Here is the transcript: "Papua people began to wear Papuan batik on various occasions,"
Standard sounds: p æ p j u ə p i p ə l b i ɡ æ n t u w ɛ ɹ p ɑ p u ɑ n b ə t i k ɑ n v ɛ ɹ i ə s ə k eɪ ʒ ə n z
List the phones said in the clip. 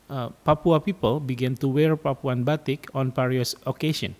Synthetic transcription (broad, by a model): p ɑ p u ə p i p ə l b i ɡ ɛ n t u w ɛ ɹ p ɑ p u ɑ n b ə t i k ɑ n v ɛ ɹ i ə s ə k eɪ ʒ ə n